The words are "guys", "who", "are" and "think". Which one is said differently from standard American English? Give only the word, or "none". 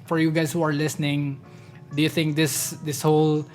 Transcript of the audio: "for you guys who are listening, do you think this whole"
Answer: guys